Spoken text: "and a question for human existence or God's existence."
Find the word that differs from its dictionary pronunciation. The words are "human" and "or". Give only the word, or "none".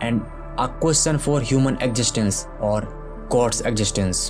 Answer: none